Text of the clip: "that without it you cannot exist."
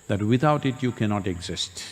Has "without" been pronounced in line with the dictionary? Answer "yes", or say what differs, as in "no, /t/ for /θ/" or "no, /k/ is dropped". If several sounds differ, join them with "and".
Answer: no, /t/ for /θ/